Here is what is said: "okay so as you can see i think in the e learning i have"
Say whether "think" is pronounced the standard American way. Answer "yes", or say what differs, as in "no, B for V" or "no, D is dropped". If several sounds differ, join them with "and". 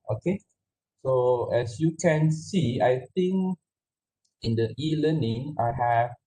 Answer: no, T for TH